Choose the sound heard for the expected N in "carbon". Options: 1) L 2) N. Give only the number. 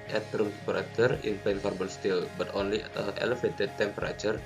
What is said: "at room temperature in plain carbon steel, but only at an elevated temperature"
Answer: 1